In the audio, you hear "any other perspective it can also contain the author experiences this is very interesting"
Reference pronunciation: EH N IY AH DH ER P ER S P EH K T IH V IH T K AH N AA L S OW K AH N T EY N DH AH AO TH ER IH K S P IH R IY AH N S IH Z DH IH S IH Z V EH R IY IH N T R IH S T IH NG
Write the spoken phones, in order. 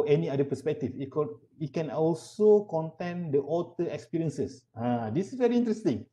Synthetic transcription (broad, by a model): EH N IY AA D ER P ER S P EH K T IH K IH T K AH N AA L S OW K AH N T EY N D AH AO T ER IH K S P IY R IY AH N S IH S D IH S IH S V EH R IY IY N T R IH S T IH NG